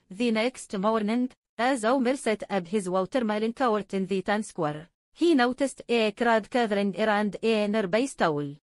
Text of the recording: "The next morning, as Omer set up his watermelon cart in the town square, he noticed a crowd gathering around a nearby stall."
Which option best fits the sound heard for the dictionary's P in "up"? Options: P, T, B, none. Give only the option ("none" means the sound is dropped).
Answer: B